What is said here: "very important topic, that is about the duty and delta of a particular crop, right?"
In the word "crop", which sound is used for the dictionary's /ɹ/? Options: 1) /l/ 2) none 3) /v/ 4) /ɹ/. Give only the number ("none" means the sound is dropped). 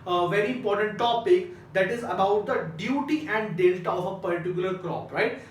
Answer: 4